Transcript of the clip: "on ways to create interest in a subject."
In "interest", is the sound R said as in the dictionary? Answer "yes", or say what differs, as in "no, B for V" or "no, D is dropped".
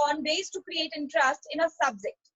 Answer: yes